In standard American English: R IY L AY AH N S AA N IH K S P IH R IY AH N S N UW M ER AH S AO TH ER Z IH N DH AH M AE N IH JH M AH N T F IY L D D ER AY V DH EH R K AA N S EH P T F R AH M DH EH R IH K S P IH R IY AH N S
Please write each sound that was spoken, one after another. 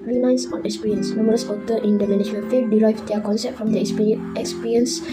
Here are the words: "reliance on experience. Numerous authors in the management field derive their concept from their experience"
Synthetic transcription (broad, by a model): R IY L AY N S AA N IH K S P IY R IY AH N S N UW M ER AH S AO T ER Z IH N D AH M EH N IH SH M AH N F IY D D AY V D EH K AA N S EH P T F R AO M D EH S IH K S P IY R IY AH N S